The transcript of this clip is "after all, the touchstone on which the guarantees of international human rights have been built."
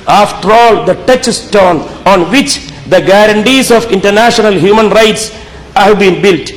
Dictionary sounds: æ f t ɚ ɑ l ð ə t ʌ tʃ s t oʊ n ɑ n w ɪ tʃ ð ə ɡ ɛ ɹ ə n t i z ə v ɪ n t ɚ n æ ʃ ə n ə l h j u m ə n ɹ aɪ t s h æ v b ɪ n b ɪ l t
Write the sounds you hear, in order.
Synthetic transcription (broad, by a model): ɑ f t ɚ ɑ l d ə t ʌ tʃ s t oʊ n ɑ n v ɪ tʃ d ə ɡ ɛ ɹ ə n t i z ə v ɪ n t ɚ n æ ʃ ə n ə l h j u m ə n ɹ aɪ t s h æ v b ɪ n b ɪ l t